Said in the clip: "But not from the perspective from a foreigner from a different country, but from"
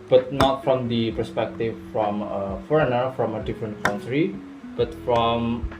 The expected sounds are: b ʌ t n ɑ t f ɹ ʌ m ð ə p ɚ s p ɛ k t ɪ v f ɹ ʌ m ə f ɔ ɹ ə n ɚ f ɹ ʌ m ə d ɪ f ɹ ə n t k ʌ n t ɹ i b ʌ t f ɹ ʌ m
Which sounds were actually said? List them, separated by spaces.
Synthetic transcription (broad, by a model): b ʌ t n ɑ t f ɹ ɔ m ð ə p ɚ s p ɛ k t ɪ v f ɹ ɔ m ə f ɔ ɹ ə n ɚ f ɹ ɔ m ə d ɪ f ɹ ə n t k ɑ n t ɹ i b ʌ t f ɹ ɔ m